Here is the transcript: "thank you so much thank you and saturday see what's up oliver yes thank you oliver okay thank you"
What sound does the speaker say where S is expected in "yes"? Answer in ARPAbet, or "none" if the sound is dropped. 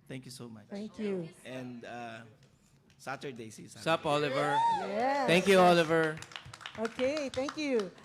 none